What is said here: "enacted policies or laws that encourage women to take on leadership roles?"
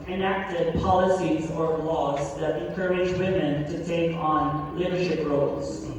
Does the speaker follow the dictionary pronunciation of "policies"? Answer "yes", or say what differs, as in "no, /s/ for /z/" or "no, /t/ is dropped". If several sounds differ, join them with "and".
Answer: yes